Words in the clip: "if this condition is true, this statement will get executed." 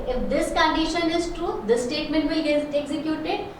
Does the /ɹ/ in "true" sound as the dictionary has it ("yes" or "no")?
yes